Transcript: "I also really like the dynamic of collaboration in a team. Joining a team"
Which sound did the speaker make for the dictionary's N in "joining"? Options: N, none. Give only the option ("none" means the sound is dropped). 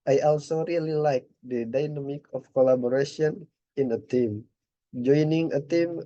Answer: N